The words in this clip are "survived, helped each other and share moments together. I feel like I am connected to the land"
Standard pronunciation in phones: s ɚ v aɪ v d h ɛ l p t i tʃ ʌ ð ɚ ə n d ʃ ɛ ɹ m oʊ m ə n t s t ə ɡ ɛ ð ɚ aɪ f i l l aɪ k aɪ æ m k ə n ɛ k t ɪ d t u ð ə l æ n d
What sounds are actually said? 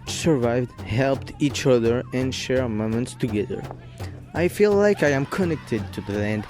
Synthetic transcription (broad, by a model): s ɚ v aɪ v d h ɛ l p t i tʃ ʌ ð ɚ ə n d ʃ ɛ ɹ m oʊ m ə n t s t ə ɡ ɛ ð ɚ aɪ f i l l aɪ k aɪ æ m k ə n ɛ k t ɪ d t u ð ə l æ n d